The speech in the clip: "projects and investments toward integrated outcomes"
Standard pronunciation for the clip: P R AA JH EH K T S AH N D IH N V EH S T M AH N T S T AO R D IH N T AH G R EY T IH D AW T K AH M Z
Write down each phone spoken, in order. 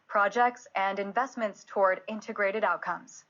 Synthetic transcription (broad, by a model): P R AA JH EH K T S AH N D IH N V EH S T M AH N T S T AO R D IH N T AH G R EY T IH D AW T K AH M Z